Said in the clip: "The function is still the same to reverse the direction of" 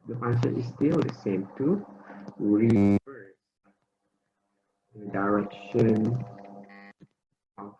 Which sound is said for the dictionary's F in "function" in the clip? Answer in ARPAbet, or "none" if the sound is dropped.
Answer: P